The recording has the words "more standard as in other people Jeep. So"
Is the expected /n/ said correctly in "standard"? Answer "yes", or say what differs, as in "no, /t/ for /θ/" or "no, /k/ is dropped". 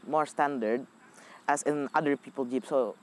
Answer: yes